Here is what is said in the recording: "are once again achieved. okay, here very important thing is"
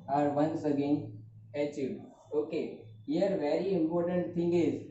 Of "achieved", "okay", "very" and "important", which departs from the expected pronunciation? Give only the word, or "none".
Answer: achieved